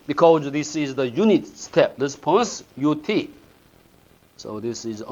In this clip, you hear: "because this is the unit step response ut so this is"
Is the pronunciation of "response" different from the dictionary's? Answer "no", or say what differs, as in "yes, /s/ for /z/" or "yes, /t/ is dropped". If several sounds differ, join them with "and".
yes, /l/ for /ɹ/